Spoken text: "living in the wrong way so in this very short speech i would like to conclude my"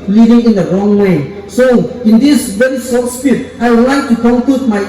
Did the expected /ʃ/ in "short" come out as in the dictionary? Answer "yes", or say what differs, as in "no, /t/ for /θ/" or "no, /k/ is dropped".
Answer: no, /s/ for /ʃ/